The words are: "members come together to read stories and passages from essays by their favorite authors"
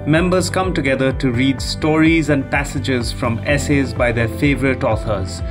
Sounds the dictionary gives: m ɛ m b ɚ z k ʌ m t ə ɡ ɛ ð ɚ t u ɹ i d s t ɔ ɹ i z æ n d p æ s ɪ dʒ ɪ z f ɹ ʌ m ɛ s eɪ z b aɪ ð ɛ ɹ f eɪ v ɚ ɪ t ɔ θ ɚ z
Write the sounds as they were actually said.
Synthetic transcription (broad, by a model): m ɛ m b ɚ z k ʌ m t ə ɡ ɛ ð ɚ t u ɹ i d s t ɔ ɹ i z æ n d p æ s ɪ dʒ ɪ z f ɹ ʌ m ɛ s eɪ z b aɪ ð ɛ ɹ f eɪ v ɚ ɪ t ɔ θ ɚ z